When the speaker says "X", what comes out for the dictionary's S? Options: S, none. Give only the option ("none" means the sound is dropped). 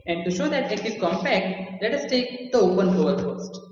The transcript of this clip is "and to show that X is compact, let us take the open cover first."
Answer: none